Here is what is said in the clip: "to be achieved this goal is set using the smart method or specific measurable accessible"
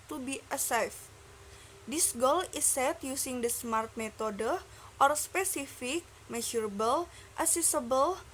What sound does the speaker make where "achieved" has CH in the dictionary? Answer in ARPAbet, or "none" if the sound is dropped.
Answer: S